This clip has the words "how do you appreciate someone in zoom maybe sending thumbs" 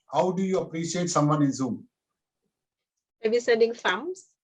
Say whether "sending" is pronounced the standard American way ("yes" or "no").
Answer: no